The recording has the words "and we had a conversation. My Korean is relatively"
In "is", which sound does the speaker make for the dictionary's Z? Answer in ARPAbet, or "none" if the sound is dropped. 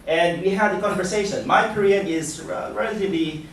Z